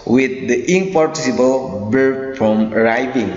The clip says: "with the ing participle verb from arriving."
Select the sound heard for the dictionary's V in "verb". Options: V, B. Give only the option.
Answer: B